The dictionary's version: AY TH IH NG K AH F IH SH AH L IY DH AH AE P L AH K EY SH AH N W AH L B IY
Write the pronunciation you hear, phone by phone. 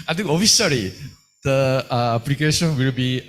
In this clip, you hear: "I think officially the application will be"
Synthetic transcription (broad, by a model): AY T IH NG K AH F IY S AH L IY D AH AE P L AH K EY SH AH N W AH L B IY